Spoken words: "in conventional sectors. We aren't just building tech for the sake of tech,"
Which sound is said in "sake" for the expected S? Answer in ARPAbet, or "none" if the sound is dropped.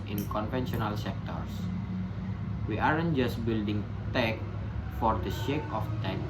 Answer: SH